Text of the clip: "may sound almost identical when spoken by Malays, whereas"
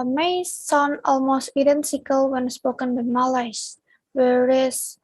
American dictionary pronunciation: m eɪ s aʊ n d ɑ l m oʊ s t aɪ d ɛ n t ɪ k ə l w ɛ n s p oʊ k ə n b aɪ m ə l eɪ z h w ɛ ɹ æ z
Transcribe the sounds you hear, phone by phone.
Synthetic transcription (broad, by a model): m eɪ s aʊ n ɑ l m oʊ s t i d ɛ n s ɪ k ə l w ɛ n s p oʊ k ə n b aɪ m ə l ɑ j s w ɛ ɹ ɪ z